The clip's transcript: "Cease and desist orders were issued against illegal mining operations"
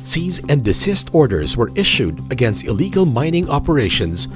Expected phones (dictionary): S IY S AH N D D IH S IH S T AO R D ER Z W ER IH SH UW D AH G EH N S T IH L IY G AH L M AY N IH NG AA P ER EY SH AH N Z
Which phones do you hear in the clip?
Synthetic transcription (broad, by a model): S IY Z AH N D D IH S IH S T AO R D ER Z W ER IH SH UW D AH G EH N S T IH L IY G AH L M AY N IH NG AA P ER EY SH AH N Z